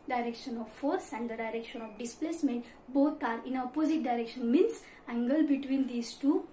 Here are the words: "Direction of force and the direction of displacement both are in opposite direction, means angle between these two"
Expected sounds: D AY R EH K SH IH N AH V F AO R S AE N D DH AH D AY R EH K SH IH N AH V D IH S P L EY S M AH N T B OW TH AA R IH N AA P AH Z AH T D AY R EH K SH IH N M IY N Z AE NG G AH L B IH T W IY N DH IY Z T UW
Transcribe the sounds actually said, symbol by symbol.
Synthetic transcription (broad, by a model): D AY R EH K SH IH N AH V F AO R S AE N D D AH D AY R EH K SH IH N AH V D IH S P L EY S M AH N T B OW T AA R IH N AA P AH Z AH T D AY R EH K SH IH N M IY N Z AE NG G AH L B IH T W IY N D IY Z T UW